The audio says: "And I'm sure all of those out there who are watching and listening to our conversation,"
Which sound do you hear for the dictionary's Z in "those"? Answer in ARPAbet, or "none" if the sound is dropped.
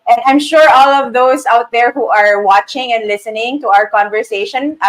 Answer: S